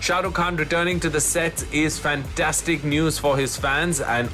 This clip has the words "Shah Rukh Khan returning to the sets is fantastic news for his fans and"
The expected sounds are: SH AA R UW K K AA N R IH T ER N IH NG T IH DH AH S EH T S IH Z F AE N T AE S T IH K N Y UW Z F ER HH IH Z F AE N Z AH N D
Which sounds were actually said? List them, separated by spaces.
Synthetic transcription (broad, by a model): SH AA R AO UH K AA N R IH T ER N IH NG T IH DH AH S EH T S IH Z F AE N T AE S T IH K N Y UW Z F ER IH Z F AE N Z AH N